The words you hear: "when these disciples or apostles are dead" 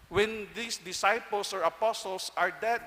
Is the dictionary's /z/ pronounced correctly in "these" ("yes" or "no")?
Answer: no